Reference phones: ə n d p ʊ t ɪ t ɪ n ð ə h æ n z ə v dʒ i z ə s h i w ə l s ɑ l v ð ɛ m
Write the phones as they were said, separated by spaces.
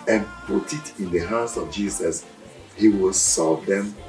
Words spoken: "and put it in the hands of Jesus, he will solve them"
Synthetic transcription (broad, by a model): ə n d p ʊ t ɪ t ɪ n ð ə h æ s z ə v dʒ i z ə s h i w ə l s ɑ v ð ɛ m